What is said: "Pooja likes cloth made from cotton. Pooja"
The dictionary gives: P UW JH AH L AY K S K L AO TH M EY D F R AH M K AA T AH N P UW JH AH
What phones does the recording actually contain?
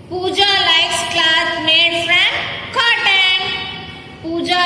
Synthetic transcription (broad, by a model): P UW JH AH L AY S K L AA S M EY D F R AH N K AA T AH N P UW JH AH